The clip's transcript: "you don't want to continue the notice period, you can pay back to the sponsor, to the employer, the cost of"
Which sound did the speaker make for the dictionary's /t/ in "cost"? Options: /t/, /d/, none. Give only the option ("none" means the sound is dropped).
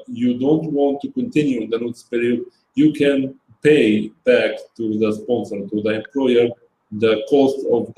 /t/